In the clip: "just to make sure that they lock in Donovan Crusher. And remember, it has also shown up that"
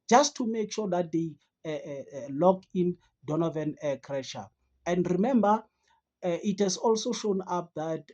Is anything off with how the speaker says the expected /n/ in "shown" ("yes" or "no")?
no